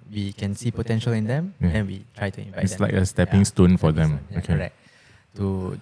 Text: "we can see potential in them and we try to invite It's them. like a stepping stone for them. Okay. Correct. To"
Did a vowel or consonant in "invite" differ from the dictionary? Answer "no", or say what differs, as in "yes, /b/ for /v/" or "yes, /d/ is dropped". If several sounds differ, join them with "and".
yes, /t/ is dropped